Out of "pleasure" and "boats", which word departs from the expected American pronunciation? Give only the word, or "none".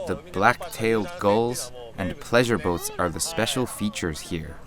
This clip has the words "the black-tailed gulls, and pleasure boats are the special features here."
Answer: none